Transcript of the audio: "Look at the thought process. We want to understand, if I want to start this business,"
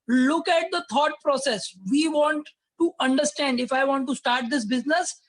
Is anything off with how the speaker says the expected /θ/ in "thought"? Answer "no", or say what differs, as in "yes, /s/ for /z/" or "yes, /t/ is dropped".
yes, /t/ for /θ/